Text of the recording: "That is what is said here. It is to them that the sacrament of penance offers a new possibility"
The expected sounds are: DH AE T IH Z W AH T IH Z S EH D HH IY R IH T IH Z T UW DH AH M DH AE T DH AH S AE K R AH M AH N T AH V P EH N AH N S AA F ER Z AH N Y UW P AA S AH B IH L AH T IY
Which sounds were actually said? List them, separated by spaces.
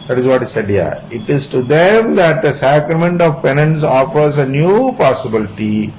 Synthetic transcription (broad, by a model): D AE T IH Z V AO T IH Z S EH D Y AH R IH T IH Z T UW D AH M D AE T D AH S AE K R AH M AH N T AH V P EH N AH N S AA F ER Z AH N Y UW P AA S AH B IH L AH T IY